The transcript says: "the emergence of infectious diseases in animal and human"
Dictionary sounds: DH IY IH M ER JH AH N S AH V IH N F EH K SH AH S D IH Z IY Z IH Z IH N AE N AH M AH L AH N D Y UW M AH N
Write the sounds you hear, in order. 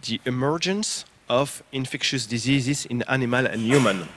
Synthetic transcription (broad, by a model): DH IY IH M ER JH AH N S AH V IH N F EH K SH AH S D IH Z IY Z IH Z IH N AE N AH M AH L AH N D Y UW M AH N